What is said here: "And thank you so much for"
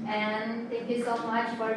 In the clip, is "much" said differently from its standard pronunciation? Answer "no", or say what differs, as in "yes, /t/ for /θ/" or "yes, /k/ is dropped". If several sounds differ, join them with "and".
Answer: no